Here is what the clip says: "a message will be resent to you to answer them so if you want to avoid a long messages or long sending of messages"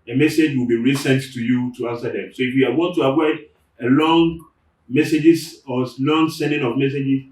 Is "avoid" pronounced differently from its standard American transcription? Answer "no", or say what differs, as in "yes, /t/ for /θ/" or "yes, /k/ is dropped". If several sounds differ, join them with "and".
yes, /w/ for /v/